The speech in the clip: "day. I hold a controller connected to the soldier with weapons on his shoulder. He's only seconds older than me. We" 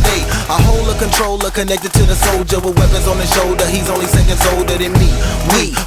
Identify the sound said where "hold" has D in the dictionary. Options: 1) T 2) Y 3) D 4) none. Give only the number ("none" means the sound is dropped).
4